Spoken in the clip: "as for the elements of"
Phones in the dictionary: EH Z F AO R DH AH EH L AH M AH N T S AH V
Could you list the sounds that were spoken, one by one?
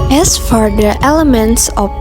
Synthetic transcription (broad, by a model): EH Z F AO R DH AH EH L AH M AH N T S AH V